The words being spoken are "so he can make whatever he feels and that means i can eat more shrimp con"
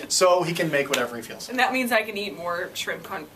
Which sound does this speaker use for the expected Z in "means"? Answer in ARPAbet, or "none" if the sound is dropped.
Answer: Z